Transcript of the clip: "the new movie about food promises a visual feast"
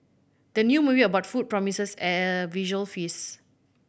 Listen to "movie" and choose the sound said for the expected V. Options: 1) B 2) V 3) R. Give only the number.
1